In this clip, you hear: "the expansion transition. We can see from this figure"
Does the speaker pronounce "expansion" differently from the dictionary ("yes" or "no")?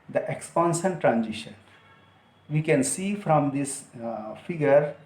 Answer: yes